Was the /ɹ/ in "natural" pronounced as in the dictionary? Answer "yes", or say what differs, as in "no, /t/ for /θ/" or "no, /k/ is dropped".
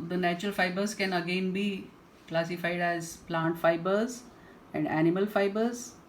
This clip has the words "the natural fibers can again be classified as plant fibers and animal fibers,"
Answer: yes